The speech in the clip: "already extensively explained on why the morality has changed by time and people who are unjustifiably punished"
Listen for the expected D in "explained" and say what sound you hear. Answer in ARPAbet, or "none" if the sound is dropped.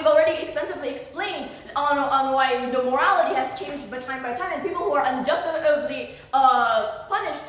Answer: D